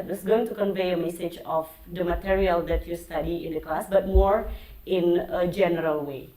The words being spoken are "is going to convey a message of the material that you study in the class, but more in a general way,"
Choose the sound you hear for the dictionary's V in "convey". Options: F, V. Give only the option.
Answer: V